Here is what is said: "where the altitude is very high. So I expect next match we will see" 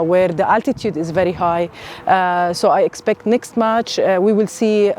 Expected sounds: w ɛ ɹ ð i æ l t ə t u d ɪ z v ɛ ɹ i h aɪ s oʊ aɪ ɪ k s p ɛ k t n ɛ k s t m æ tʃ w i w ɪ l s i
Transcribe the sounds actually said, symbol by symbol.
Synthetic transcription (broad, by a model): w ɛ ɹ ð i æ l t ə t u d ɪ z v ɛ ɹ i h aɪ s oʊ aɪ ɪ k s p ɛ k t n ɛ k s t m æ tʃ w i w ɪ l s i